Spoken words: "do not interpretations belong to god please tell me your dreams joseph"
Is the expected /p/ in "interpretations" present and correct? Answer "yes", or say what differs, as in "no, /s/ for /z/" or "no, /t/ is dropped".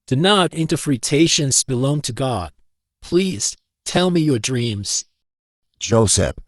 no, /f/ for /p/